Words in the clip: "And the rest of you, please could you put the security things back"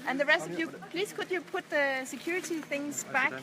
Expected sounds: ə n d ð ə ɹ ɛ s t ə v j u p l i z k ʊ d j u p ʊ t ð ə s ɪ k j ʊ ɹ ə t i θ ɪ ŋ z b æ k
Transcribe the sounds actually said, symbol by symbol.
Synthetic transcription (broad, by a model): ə n ð ə ɹ ɛ s t ə v j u p l i z k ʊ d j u p ʊ t ð ə s ɪ k j ʊ ɹ ə t i θ ɪ ŋ z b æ k